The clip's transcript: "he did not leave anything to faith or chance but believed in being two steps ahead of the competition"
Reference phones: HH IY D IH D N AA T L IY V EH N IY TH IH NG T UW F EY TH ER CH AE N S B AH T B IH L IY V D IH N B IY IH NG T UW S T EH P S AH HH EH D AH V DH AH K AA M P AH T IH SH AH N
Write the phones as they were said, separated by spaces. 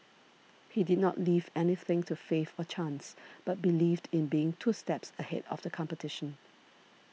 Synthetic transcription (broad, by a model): HH IY D IH D N AA T L IY V EH N IY TH IH NG T UW F EY F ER CH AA N S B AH T B IH L IY V D IH N B IY IH NG T UW S T EH P S AH HH EH D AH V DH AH K AA M P AH T IH SH AH N